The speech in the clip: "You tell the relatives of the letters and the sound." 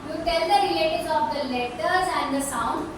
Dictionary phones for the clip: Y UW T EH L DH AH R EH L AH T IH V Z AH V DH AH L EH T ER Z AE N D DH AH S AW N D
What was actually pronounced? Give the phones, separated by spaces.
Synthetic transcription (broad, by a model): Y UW T EH L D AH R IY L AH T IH Z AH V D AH L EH T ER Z AE N D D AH S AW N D